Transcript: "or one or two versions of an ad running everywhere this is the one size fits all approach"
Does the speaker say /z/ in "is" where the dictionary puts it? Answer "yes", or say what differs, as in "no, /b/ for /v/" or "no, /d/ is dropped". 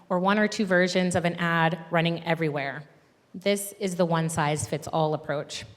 yes